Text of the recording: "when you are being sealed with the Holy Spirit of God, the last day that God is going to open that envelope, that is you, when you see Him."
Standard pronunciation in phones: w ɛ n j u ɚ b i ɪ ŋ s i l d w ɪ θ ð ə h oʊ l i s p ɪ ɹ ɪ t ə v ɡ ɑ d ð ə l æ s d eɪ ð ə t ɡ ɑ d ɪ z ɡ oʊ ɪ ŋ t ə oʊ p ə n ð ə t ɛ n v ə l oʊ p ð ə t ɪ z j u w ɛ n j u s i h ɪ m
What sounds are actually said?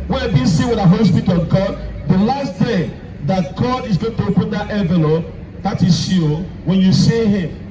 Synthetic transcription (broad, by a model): w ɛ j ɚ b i s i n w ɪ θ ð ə h oʊ l i s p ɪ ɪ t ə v ɡ ɑ d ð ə l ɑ s d eɪ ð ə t ɡ ɑ d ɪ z ɡ oʊ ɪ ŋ t ə oʊ p ə n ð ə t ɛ v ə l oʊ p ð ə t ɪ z j u w ɛ n j u s i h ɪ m